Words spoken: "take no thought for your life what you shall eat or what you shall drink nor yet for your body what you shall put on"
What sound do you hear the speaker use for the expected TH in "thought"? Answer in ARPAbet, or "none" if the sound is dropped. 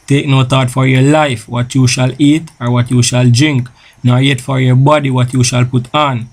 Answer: T